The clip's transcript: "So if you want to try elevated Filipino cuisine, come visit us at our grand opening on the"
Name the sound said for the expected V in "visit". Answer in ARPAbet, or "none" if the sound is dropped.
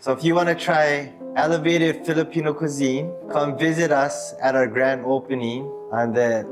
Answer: V